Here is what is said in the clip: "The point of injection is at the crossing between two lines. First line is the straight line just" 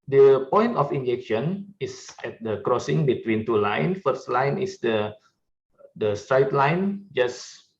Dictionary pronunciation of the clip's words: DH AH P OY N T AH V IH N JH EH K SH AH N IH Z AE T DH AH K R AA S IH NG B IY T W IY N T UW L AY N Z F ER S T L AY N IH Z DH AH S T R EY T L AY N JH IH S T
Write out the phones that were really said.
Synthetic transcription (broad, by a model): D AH P OY N T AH F IH N JH EH K SH AH N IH S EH T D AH K R AA S IH NG B IY T W IY N T UW L AY N F ER S T L AY N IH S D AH S T R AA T L AY N JH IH S